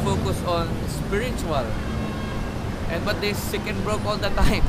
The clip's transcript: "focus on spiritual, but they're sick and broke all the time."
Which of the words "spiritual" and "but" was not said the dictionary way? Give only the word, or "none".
spiritual